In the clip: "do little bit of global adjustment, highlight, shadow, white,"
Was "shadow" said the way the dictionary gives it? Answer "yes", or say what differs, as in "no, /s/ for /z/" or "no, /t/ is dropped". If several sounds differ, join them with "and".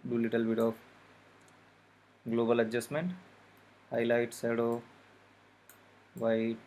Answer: no, /s/ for /ʃ/